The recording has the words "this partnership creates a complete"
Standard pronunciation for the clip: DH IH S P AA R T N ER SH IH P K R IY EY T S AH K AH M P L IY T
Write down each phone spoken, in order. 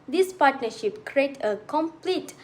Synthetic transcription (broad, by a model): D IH S P AA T N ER SH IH P K R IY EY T AH K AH M P L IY T